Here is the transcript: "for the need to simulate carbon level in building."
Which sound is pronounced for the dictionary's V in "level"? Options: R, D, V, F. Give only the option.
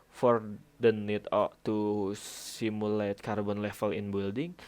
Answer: F